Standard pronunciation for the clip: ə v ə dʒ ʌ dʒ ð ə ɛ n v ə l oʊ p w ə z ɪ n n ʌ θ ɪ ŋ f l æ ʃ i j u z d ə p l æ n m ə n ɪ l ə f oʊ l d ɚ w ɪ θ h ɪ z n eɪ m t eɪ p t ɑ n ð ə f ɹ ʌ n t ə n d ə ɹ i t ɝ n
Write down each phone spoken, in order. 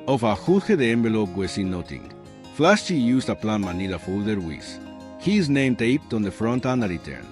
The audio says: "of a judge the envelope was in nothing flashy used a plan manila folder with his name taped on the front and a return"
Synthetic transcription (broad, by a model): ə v ə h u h ð ə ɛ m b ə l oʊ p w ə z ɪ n n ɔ t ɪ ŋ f l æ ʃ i j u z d ə p l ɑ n m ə n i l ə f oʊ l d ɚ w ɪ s h ɪ z n eɪ m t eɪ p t ɑ n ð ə f ɹ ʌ n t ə n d ə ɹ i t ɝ n